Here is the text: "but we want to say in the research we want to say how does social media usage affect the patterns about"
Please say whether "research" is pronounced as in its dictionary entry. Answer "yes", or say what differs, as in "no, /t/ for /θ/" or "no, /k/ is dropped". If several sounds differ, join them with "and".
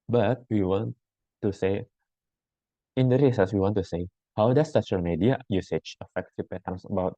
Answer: no, /s/ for /tʃ/